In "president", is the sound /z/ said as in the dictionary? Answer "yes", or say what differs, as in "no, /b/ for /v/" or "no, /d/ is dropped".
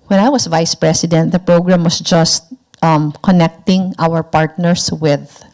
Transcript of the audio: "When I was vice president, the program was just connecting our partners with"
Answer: no, /s/ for /z/